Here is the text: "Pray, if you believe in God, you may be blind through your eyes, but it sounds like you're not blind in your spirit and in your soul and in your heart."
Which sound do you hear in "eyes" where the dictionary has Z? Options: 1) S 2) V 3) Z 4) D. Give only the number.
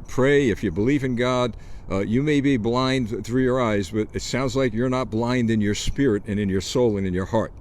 3